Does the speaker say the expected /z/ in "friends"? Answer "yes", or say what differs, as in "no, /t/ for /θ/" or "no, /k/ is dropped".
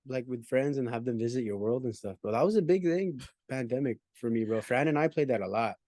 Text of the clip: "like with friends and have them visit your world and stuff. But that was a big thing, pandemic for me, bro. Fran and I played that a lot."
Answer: yes